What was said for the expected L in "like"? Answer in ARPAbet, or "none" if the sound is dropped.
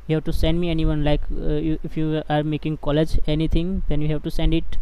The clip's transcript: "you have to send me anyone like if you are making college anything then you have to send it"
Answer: L